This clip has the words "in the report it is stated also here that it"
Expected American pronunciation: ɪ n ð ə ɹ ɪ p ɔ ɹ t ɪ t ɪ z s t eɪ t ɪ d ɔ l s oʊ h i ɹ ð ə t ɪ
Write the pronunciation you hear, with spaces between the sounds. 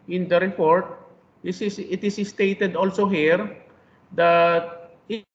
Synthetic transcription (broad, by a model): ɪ n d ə ɹ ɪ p ɔ ɹ t ɪ t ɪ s s t eɪ t ɪ d ɔ l s oʊ h i ɹ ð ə t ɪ